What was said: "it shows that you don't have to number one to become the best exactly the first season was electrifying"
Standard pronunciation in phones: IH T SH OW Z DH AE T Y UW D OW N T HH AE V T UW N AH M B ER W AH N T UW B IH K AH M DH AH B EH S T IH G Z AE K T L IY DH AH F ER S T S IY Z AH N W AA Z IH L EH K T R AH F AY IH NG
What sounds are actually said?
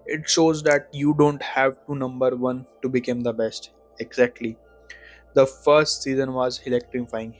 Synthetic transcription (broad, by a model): IH T SH OW Z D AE T Y UW D OW N T HH AE V T UW N AH M B ER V AH N T UW B IH K AH M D AH B EH S T IH G Z AE K T L IY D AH F ER S T S IY Z AH N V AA Z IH L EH K T R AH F AY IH NG